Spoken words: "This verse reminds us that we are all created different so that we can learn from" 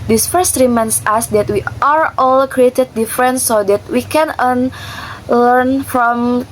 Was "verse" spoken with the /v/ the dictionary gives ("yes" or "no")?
no